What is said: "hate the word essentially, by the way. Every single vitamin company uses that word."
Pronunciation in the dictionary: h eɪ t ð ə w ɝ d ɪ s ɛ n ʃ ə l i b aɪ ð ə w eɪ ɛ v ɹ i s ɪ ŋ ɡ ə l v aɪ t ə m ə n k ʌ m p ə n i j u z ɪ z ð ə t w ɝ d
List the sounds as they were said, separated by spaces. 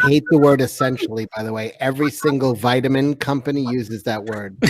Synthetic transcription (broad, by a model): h eɪ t ð ə w ɝ d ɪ s ɛ n ʃ l i b aɪ ð ə w eɪ ɛ v ɹ i s ɪ ŋ ɡ l v aɪ t ə m ə n k ʌ m p ə n i j u z ɪ z ð ə t w ɝ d